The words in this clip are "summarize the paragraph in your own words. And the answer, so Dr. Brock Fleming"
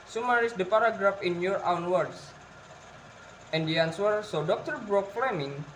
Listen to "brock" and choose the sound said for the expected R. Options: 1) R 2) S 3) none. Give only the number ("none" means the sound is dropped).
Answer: 1